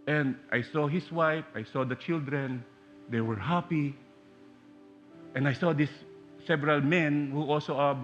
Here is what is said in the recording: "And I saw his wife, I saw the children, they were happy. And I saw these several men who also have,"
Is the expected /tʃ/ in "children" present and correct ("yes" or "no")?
yes